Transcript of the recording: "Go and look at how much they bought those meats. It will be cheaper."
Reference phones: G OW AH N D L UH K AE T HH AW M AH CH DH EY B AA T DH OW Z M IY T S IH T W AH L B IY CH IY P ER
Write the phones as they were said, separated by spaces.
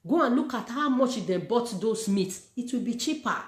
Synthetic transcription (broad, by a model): G OW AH N L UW K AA T HH AW M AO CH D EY B AA T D OW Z M IY T S IH T W AH L B IY CH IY P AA